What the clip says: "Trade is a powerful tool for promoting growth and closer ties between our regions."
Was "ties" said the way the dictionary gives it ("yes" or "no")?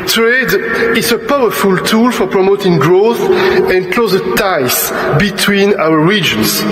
no